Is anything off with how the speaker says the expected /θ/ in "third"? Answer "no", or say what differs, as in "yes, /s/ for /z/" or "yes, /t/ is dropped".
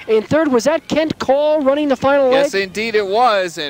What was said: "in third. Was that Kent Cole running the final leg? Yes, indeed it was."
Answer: no